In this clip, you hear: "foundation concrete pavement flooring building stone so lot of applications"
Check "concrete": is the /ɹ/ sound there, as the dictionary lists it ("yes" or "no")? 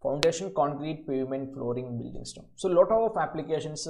yes